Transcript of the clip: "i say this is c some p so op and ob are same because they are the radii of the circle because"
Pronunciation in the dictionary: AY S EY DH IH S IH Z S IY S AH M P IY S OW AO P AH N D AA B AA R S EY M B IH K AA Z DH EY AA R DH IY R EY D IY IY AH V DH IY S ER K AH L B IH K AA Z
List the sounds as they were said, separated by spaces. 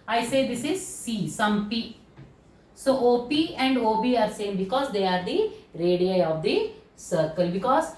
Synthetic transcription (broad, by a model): AY S EY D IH S IH Z S IY S AH M P IY S OW AO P AH N D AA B AA R S EY M B IH K AA Z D EY AA R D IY R EY D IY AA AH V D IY S ER K AH L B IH K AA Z